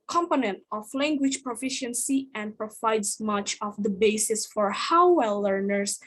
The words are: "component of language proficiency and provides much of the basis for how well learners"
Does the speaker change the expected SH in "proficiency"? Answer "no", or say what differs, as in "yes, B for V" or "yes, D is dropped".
no